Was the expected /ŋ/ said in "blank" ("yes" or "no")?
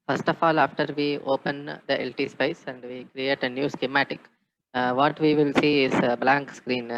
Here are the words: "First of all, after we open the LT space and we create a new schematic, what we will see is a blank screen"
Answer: yes